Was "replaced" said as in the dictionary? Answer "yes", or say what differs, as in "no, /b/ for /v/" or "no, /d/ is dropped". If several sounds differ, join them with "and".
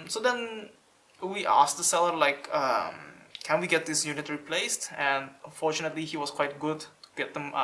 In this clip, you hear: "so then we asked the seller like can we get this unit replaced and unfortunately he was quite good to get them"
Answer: yes